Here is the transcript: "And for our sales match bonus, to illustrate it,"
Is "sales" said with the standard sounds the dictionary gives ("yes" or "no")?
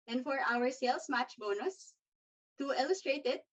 no